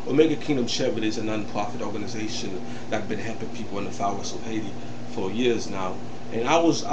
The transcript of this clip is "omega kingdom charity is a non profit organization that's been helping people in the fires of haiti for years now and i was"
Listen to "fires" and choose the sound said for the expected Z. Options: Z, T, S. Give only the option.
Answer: S